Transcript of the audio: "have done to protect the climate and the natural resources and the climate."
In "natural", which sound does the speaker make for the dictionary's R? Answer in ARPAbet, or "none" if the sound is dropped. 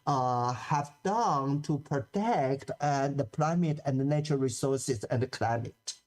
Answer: none